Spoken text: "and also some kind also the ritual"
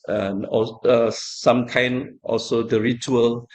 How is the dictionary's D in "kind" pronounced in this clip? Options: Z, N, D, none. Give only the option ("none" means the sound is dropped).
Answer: none